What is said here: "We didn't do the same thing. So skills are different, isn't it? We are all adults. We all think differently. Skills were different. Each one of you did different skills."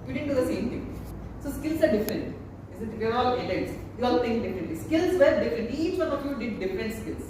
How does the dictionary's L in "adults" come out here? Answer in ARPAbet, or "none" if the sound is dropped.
N